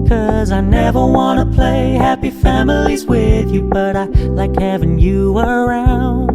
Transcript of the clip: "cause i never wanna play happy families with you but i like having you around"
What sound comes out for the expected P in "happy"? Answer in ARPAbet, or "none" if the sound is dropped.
P